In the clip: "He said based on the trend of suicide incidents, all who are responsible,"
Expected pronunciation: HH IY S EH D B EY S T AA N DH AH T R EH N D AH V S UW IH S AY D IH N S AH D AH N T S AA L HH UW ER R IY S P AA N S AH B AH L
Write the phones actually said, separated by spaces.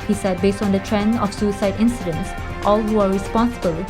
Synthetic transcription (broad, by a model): HH IY S EH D B EY S T AA N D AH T R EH N AH F S UW IH S AY D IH N S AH D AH N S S AA L HH UW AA R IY S P AA N S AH B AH L